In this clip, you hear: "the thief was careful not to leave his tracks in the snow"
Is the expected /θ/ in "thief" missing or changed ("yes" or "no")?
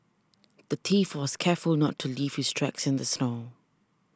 yes